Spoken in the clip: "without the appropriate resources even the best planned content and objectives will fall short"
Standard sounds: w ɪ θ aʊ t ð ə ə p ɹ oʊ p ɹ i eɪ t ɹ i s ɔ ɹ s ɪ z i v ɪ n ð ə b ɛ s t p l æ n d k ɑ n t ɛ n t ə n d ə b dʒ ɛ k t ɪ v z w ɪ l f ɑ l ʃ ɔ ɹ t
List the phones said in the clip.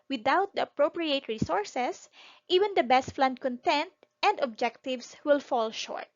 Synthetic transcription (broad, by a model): w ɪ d aʊ t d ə ə p ɹ oʊ p ɹ i eɪ t ɹ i s ɔ ɹ s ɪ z i v ɪ n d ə b ɛ s t f l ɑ n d k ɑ n t ɛ n t ə n d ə b dʒ ɛ k t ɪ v s w ɪ l f ɑ l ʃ ɔ ɹ t